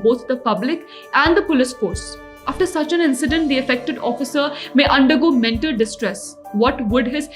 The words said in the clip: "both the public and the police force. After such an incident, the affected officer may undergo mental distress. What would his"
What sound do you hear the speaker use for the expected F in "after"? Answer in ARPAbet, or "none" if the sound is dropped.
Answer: F